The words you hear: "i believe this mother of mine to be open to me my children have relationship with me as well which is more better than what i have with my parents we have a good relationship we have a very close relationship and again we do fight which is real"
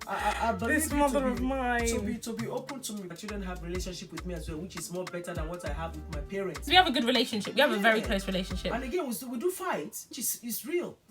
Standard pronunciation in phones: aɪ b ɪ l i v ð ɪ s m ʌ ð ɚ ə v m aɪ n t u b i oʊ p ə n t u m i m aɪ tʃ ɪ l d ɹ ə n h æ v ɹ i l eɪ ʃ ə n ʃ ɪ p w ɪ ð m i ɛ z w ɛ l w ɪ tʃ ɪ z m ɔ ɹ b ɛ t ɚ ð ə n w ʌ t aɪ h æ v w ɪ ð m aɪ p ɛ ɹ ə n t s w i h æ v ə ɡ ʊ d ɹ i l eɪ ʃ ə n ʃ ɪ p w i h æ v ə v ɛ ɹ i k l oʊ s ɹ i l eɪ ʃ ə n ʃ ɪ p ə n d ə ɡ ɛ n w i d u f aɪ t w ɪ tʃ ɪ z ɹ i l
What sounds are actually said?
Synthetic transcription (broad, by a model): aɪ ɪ ɑ b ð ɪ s m ʌ ð ɚ ə v m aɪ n t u b i oʊ p ə n t u m i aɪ tʃ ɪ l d ɹ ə n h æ v ɹ i l eɪ ʃ ə n ʃ ɪ p w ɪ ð m i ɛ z w ɛ l w ɪ tʃ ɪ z m ɔ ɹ b ɛ t ɚ ð ə n w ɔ t aɪ h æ v w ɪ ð m aɪ p ɛ ɹ ə n t s w i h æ v ə ɡ ʊ d ɹ i l eɪ ʃ ə n ʃ ɪ p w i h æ v ə v ɛ ɹ i k l oʊ s ɹ i l eɪ ʃ ə n ʃ ɪ p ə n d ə ɡ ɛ n w i d u f aɪ t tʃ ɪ s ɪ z ɹ i l